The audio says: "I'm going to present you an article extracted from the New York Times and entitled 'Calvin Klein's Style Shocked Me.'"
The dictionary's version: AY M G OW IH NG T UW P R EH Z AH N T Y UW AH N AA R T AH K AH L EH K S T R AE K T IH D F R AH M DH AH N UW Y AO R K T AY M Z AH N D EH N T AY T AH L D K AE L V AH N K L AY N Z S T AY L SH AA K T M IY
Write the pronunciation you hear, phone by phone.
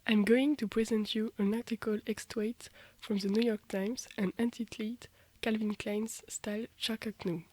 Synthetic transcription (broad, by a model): AY M G OW IH NG T UW P R EH Z AH N T Y UW AH N AA R T AH K AH L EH K S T W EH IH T F R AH M DH AH N UW Y AO R K T AY M Z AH N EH N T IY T L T K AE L V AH N K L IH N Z S T AY L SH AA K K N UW